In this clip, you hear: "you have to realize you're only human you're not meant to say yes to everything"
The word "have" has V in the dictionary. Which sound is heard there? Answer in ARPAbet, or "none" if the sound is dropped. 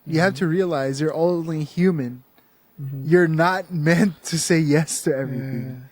F